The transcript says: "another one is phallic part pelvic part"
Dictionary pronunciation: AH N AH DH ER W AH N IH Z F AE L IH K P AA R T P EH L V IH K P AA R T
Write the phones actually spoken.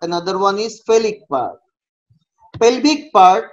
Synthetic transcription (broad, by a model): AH N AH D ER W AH N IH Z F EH L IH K P AA R T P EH L B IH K P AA R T